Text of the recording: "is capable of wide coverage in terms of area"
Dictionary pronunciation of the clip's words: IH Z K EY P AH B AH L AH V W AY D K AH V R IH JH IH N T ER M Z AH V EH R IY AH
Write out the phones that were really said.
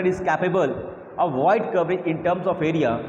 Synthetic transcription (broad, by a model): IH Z K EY P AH B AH L AH V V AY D K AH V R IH IH N T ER M S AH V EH R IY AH